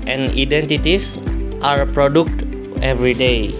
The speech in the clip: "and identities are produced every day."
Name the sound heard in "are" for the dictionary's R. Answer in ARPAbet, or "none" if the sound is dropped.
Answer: R